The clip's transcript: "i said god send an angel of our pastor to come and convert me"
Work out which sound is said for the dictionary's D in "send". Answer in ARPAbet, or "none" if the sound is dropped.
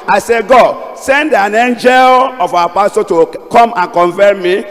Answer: D